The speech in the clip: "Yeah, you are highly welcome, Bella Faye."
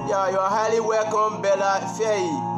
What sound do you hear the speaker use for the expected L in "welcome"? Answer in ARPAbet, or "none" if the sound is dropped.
none